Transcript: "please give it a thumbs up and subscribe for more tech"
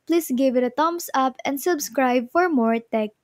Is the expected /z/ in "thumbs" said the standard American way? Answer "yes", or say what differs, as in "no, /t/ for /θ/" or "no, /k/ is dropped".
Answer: no, /s/ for /z/